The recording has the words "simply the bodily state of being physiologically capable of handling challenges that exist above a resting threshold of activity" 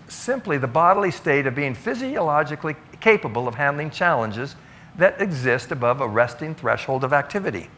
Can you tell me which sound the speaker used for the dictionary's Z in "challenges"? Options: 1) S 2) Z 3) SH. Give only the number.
2